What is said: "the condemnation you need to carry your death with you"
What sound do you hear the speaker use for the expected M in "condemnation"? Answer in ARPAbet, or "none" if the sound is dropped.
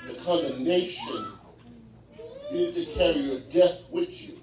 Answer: none